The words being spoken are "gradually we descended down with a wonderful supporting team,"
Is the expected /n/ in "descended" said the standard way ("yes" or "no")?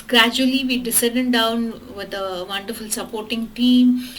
no